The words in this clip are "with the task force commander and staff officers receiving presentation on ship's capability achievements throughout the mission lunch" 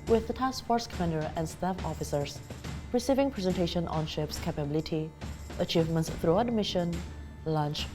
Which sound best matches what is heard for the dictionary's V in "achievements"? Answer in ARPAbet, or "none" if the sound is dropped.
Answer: V